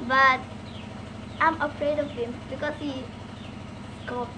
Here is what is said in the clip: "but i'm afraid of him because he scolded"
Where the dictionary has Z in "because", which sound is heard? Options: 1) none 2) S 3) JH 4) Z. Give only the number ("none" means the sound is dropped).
2